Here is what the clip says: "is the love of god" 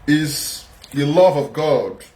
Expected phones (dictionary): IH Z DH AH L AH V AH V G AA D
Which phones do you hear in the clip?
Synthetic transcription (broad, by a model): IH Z DH AH L AH V AH V G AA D